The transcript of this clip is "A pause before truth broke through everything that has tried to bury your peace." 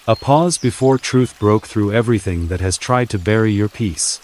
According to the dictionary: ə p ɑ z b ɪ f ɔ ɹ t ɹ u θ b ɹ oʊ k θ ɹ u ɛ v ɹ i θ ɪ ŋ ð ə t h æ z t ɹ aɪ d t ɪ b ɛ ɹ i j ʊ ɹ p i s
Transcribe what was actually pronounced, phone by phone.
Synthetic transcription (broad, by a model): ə p ɑ z b ɪ f ɔ ɹ t ɹ u θ b ɹ oʊ k θ ɹ u ɛ v ɹ i θ ɪ ŋ ð ə t h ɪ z t ɹ aɪ d t ɪ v ɛ ɹ i j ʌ ɹ p i s